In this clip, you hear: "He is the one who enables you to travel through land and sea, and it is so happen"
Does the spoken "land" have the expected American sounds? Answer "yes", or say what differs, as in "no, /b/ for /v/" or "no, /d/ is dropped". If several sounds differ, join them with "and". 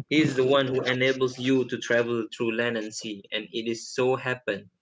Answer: no, /d/ is dropped